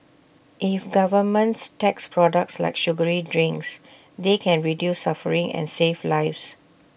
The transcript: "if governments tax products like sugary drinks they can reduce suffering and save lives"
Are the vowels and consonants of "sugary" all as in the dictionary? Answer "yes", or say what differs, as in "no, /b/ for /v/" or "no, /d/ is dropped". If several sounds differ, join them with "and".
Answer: yes